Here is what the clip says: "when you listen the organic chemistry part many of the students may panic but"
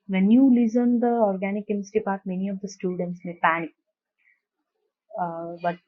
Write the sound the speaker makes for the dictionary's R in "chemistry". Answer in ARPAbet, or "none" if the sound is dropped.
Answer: none